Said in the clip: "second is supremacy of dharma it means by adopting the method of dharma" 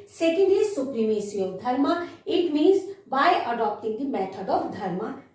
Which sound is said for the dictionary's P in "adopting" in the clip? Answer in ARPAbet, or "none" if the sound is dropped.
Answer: P